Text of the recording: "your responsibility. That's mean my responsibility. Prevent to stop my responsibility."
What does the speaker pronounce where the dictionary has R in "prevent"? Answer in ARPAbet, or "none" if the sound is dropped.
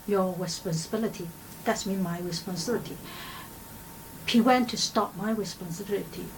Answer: none